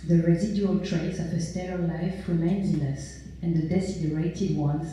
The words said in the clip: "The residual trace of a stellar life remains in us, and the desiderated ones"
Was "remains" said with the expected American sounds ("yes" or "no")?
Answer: yes